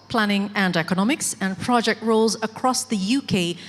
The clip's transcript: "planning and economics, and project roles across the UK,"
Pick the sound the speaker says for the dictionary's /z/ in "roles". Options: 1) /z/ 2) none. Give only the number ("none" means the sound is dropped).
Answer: 1